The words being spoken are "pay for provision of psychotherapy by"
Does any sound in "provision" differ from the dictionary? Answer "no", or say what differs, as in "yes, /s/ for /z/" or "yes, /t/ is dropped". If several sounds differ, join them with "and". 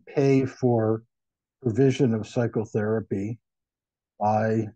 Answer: no